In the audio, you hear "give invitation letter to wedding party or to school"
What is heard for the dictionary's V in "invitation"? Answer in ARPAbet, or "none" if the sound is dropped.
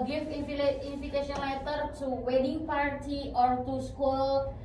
F